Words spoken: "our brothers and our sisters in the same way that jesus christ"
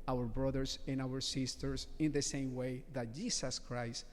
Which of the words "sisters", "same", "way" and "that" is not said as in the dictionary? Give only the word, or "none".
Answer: sisters